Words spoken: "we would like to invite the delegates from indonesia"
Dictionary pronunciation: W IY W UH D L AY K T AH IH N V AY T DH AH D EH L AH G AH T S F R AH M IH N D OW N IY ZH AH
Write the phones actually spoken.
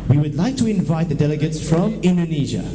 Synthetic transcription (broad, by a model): W IY W UH D L AY K T AH IH N V AY T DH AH D EH L AH G AH T S F R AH M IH N D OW N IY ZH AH